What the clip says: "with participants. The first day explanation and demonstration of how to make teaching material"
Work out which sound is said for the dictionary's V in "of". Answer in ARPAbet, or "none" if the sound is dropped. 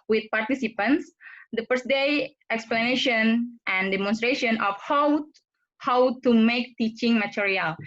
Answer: W